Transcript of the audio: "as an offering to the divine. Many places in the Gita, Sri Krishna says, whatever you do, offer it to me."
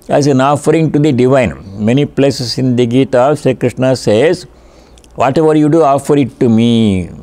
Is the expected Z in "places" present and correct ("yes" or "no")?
no